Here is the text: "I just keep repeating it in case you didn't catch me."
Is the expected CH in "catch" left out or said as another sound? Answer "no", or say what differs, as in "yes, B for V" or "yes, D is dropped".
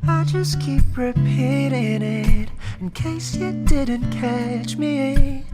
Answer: no